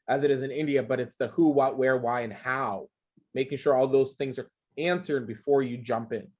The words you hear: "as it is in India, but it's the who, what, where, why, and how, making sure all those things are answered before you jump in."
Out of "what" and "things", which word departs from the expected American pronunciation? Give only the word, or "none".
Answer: none